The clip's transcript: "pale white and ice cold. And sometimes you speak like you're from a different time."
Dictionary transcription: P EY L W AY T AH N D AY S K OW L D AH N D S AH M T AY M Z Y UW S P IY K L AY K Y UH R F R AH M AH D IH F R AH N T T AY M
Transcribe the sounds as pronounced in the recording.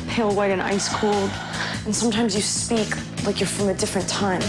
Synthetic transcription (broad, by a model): P EY L W AY T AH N AY S K OW L D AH N S AH M T AY M Z Y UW S P IY K L AY K Y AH R F R AH M AH D IH F R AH N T T AY M